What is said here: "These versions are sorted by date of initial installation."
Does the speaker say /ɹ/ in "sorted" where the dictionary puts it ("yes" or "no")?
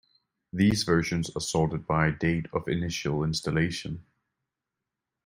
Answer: no